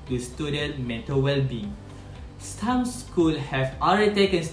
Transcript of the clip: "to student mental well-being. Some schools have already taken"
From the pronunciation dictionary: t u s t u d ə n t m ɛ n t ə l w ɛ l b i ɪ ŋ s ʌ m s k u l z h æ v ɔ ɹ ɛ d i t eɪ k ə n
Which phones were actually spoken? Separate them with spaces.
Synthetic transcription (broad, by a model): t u s t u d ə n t m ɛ t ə w ɛ l b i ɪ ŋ s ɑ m s k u l h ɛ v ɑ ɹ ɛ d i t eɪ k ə n